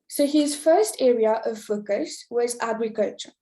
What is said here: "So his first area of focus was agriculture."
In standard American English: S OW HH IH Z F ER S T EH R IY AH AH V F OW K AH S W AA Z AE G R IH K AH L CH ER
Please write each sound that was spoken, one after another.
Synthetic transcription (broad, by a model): S OW HH IH Z F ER S T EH R IY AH AH V F OW K AH S W AA Z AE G R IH K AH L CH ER